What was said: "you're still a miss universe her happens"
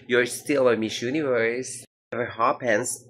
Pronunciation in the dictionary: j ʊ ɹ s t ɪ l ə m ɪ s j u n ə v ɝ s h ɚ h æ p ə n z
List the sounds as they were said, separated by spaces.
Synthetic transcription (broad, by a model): j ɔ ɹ s t ɪ l ə m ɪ ʃ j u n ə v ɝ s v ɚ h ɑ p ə n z